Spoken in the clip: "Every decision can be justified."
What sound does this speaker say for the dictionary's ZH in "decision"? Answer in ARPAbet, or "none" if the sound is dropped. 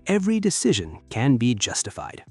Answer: ZH